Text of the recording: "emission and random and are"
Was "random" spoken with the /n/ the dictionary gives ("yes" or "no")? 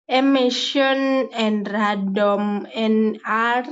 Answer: no